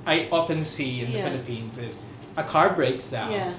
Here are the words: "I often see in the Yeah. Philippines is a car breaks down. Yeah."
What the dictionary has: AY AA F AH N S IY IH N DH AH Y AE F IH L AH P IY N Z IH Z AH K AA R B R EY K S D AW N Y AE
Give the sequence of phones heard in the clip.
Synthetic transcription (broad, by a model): AY AA F AH N S IY IH N DH AH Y F IH L AH P IY N Z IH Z AH K AA R B R EY K S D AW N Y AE